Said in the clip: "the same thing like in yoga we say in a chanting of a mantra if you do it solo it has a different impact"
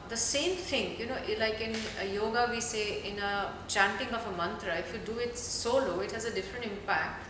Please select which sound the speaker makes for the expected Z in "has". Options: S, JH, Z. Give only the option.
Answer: Z